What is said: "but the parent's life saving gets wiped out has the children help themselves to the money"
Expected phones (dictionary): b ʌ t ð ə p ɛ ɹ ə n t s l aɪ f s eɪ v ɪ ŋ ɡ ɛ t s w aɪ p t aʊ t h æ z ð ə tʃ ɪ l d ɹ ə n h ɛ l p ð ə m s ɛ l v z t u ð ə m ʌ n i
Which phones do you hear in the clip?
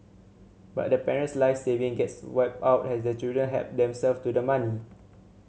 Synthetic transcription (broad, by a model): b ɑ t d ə p ɛ ɹ ə n t s l aɪ f s eɪ v ɪ ŋ ɡ ɛ t s w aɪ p aʊ t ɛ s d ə tʃ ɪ l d ɹ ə n h ɛ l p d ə m s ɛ l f t u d ə m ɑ n i